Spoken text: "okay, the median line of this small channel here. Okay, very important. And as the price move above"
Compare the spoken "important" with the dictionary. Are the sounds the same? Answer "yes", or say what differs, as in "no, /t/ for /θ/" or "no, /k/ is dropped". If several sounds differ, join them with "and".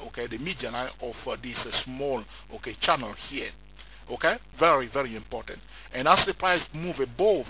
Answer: yes